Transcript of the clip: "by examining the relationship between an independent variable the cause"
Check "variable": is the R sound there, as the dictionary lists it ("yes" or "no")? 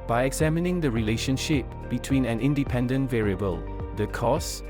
yes